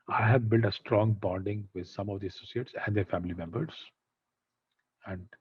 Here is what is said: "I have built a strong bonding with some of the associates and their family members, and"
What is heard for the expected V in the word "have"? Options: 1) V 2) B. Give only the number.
1